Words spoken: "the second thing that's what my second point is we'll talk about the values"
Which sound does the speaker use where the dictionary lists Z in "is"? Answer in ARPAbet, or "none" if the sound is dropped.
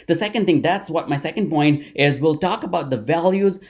Z